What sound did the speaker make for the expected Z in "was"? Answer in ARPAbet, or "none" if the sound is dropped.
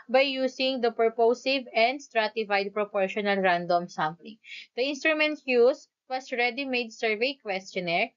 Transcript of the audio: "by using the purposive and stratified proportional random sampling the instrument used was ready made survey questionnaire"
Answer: S